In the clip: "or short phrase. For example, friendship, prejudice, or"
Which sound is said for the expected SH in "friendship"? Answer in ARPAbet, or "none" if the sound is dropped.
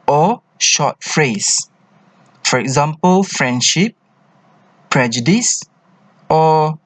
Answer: SH